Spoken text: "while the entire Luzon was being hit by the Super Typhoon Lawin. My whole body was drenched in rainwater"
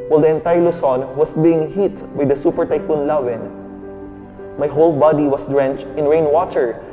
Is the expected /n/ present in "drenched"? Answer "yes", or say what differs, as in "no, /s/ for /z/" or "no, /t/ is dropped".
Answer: yes